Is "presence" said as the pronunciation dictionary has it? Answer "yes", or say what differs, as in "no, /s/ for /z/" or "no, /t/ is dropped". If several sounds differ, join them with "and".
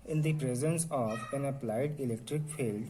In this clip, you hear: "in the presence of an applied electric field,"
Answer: yes